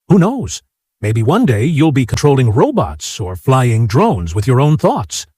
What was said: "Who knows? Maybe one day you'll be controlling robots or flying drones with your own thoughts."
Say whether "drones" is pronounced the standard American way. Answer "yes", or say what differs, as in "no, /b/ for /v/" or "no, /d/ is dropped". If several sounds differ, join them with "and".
yes